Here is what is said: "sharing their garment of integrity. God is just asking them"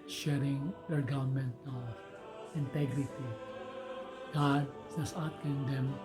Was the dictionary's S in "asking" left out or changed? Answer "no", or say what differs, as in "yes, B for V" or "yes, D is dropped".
yes, S is dropped